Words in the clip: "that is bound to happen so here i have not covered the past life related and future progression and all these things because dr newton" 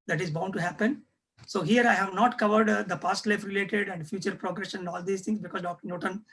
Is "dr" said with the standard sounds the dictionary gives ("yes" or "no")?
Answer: yes